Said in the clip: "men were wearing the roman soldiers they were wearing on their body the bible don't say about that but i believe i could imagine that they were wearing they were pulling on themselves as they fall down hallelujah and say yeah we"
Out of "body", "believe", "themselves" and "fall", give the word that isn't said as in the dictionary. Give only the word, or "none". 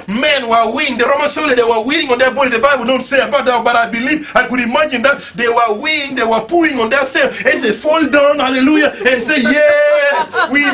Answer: themselves